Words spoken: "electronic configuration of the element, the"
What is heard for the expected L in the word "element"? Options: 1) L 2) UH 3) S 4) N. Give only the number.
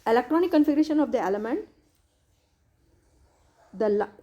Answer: 1